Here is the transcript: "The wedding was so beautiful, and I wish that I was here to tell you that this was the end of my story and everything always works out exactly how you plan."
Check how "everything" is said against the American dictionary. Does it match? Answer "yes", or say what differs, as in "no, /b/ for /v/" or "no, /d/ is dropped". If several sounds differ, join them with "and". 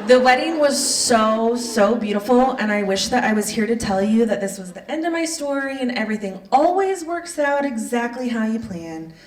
yes